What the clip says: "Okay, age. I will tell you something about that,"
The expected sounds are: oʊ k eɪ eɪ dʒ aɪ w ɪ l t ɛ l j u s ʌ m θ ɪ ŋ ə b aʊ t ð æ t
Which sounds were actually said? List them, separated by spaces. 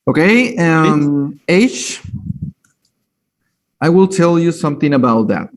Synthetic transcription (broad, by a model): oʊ k eɪ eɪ ʃ aɪ w ɪ l t ɛ l j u s ʌ m θ ɪ ŋ ə b aʊ t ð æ t